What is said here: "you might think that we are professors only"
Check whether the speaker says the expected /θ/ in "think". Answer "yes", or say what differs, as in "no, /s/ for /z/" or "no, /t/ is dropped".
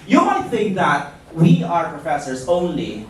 yes